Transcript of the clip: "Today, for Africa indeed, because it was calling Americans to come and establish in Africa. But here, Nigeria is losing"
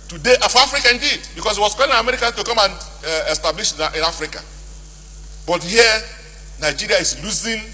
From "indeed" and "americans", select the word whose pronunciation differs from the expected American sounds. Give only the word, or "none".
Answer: americans